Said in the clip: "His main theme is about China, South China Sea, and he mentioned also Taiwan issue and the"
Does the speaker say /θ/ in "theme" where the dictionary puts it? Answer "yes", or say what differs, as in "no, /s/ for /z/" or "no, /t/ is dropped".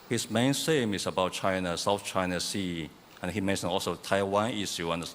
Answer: no, /s/ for /θ/